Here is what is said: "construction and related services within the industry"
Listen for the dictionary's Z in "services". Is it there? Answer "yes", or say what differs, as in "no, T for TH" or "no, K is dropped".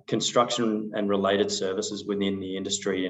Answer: yes